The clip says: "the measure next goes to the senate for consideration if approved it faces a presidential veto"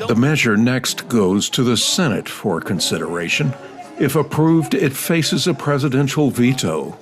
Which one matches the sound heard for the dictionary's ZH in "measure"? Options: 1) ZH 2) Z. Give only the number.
1